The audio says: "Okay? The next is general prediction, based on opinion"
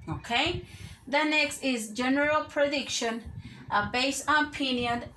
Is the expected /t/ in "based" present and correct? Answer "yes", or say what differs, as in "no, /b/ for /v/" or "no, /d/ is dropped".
no, /t/ is dropped